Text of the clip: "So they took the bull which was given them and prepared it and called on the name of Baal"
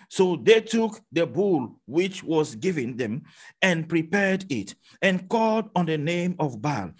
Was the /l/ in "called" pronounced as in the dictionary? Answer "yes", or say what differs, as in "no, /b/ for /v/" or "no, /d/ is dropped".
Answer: yes